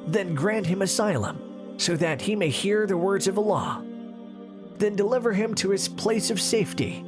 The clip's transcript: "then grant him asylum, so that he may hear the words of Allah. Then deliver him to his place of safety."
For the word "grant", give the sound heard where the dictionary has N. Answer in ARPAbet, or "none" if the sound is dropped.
N